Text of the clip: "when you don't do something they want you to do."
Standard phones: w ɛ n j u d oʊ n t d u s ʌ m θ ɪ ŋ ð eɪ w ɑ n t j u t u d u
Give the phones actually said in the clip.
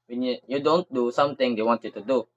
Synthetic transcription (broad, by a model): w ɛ n j u d oʊ n t d u s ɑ m t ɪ ŋ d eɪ w ɑ n t j u t u d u